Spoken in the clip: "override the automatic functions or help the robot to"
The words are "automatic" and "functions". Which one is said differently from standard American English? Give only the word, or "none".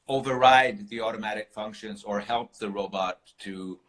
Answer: none